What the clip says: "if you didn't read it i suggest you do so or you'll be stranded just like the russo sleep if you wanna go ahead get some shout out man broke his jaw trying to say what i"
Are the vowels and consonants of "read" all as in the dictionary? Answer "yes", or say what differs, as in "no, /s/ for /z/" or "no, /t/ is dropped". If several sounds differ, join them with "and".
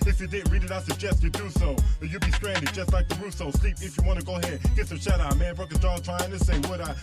yes